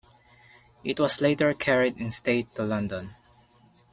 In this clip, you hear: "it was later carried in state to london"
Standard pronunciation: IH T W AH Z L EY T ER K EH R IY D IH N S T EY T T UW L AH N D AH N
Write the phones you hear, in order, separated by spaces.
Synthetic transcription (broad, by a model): IH T W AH S L EY T ER K EH R IY D IH N S T EY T T UW L AH N D AH N